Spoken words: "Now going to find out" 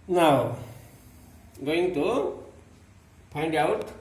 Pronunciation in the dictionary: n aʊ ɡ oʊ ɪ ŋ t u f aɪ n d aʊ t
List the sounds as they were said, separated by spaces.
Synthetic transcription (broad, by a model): n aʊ ɡ oʊ ɪ ŋ t u p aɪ n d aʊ t